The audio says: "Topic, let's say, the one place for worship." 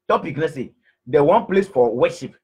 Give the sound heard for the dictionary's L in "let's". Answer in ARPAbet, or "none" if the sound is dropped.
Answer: N